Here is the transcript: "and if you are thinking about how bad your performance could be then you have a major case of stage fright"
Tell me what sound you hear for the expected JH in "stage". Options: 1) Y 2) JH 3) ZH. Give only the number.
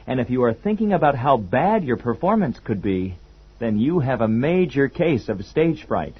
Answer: 3